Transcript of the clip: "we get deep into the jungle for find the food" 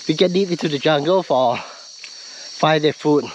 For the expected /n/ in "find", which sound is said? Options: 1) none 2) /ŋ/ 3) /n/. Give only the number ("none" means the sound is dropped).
1